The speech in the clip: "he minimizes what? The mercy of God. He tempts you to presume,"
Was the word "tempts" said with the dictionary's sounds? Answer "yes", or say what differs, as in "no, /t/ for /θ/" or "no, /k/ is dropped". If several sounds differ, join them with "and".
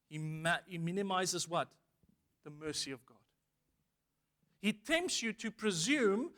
yes